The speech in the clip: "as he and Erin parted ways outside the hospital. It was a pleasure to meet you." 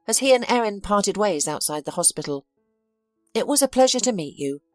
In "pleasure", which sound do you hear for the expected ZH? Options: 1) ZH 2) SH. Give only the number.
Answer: 1